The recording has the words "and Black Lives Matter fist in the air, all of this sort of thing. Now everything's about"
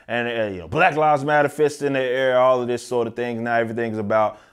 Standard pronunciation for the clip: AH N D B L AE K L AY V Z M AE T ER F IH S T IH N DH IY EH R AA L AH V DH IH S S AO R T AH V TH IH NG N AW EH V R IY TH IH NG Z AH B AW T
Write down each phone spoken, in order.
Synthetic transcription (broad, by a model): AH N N B L AE K L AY Z M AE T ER F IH S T IH N DH IY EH R AA L AH V DH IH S S AO R T AH V TH IH NG N AW EH V R IY TH IH NG Z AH B AW T